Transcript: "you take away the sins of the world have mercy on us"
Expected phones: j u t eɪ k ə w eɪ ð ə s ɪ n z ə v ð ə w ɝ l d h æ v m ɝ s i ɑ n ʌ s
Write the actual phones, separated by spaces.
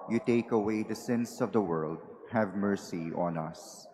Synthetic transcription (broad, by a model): j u t eɪ k ə w eɪ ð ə s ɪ n s ə v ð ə w ɝ l d h æ v m ɝ s i ɑ n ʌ s